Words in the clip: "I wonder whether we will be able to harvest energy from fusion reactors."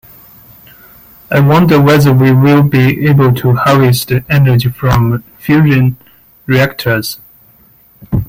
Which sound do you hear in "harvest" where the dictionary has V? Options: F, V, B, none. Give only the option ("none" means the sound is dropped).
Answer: none